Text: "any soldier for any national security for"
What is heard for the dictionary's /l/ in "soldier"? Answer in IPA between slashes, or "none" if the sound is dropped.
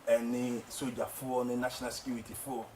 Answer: none